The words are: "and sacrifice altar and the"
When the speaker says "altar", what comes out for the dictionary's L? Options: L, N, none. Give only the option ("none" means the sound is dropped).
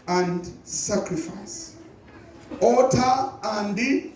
none